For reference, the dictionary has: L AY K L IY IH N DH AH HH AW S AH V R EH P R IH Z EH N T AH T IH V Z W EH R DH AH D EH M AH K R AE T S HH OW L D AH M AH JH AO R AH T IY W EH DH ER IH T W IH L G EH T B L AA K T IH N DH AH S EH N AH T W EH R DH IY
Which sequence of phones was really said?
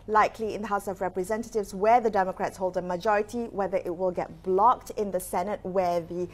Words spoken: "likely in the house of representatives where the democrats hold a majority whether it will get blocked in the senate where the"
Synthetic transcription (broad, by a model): L AY K L IY IH N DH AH HH AW S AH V R EH P R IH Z EH N T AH T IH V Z W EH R DH AH D EH M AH K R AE T S HH OW L D AH M AH JH AO R AH T IY W EH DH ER IH T W IH L G EH T B L AA K T IH N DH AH S EH N AH T W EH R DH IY